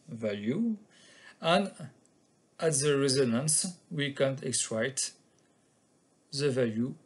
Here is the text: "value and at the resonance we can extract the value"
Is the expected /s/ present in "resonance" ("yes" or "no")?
yes